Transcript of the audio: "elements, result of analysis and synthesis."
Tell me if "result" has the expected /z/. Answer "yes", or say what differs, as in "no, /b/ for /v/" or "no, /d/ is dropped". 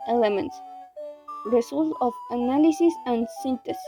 no, /s/ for /z/